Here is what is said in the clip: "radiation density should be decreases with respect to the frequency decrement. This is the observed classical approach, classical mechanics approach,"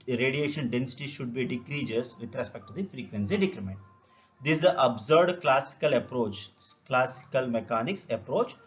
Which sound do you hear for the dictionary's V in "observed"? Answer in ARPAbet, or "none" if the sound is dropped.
none